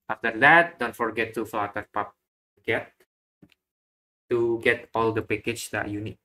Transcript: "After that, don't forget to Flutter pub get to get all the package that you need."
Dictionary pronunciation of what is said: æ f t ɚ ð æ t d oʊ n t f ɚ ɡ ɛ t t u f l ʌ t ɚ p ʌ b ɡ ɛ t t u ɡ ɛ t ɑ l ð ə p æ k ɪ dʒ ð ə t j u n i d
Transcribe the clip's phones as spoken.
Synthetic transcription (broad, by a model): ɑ f t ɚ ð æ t d oʊ n t f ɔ ɡ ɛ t t u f ɑ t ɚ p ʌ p ɡ ɛ t t u ɡ ɛ t ɑ l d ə p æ k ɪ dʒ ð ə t j u n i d